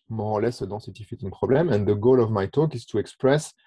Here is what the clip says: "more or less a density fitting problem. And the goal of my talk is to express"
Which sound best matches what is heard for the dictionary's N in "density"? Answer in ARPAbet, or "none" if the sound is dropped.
none